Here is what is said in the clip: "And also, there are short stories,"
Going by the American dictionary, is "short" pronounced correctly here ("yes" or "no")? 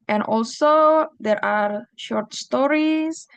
yes